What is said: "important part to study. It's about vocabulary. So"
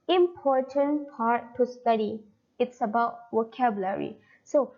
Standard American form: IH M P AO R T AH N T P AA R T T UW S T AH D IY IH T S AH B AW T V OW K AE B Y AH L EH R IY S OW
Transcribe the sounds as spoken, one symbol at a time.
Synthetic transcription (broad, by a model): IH M P AO R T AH N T P AA R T T UW S T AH D IY IH T S AH B AW T W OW K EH B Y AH L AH R IY S OW